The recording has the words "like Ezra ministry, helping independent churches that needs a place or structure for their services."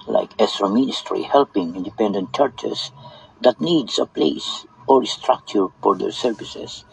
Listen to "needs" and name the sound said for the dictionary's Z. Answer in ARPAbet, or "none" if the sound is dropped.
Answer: S